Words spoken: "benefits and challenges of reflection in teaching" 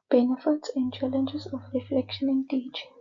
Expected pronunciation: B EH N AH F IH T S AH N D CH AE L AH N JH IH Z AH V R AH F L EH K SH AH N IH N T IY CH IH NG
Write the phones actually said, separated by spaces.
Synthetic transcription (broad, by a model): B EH N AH F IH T S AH N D CH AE L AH N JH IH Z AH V R AH F L EH K SH AH N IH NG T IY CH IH